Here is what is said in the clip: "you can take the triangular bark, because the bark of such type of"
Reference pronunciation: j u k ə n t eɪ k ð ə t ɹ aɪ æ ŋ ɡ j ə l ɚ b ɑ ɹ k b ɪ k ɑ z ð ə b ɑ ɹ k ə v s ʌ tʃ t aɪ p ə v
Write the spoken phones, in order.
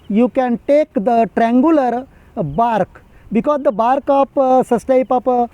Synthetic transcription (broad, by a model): j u k ə n t eɪ k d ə t ɹ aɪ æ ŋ ɡ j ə l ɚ b ɑ ɹ k b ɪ k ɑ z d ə b ɑ ɹ k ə p s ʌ s t aɪ p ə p